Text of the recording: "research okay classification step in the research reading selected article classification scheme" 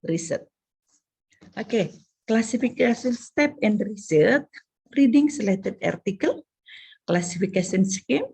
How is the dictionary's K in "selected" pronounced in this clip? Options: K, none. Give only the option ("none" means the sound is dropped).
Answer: none